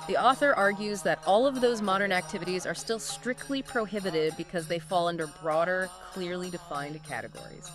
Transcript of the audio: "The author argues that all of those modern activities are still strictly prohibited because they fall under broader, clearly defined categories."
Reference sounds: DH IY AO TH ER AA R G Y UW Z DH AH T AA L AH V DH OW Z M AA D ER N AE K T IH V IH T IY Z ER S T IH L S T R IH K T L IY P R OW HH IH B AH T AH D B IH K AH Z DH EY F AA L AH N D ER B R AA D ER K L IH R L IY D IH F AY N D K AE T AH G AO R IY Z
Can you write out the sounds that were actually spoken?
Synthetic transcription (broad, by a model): DH IY AO TH ER AA R G Y UW Z DH AH T AA L AH V DH OW Z M AA D ER N AE K T IH V IH T IY Z ER S T IH L S T R IH K T L IY P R OW HH IH B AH T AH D B IH K AH Z DH EY F AA L AH N D ER B R AA D ER K L IH R L IY D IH F AY N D K AE T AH G AO R IY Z